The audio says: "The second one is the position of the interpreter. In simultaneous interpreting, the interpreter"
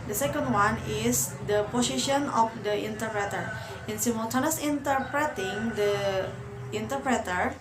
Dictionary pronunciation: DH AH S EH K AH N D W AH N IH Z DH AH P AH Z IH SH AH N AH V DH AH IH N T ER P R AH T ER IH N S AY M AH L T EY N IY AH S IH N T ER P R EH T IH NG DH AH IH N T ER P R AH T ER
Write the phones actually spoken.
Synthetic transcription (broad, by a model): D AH S EH K AH N D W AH N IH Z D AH P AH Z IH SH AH N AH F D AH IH N T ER P R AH T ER IH N S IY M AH T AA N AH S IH N T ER P R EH T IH NG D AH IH N T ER P R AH T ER